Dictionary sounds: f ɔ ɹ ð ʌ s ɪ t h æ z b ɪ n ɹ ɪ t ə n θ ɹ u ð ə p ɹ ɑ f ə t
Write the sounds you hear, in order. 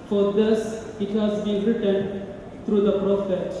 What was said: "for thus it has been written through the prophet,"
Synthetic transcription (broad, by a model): f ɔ ɹ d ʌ s ɪ t h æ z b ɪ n ɹ ɪ t ə n t ɹ u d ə p ɹ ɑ f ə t